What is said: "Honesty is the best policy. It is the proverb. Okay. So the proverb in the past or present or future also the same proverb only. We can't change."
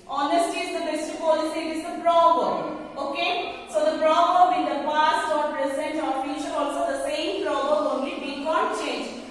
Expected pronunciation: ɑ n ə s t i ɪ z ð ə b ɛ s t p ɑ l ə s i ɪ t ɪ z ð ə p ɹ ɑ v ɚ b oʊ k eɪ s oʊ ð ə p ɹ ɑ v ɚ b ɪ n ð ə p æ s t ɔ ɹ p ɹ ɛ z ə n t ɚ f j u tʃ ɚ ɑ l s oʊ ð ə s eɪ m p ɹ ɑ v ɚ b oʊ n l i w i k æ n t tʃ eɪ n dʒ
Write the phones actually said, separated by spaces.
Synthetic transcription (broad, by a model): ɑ n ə s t i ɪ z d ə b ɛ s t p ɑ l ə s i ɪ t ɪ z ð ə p ɹ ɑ b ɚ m oʊ k eɪ s oʊ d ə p ɹ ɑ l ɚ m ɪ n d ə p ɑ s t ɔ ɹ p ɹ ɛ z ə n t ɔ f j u ʃ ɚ ɑ l s oʊ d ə s eɪ m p ɹ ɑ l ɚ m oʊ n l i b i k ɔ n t tʃ eɪ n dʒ